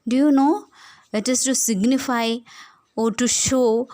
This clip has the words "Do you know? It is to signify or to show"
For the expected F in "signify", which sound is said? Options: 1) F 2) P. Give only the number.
1